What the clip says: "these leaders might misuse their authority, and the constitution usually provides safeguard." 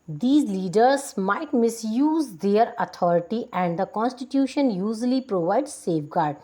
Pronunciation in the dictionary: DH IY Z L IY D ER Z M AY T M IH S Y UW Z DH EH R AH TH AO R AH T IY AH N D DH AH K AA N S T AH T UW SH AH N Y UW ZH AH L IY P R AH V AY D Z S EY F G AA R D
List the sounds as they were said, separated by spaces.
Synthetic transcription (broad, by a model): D IY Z L IY D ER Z M AY T M IH S Y UW Z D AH R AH T AO R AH T IY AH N D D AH K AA N S T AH T UW SH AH N Y UW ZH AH L IY P R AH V AY D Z S EY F G AA R D